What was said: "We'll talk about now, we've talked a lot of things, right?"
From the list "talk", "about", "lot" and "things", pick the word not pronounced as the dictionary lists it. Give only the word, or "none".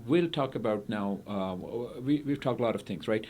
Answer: none